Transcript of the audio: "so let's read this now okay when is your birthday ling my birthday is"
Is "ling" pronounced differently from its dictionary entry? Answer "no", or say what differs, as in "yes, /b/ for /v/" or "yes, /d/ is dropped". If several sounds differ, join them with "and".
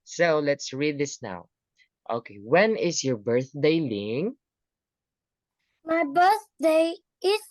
no